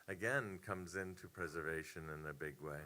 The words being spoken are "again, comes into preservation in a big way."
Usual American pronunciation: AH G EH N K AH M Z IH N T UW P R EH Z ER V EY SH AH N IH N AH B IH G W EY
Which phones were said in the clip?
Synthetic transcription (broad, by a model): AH G EH N K AH M Z IH N T UW P R EH Z ER V EY SH AH N IH N AH B IH G W EY